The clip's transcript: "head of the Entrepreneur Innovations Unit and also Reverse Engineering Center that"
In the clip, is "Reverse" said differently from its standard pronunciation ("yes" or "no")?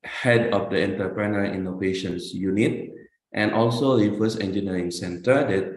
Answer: yes